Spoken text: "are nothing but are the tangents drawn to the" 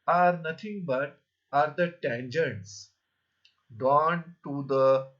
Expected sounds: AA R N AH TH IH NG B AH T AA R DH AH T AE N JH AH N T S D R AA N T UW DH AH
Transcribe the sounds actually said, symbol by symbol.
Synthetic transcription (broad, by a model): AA R N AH T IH NG B AH T AA R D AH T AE N JH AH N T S D AA N T UW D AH